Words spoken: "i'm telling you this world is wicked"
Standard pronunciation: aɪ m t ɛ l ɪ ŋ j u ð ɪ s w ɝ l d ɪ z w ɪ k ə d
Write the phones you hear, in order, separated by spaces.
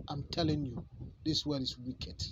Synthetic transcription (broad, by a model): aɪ m t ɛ l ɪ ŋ j u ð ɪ s w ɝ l ɪ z w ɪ k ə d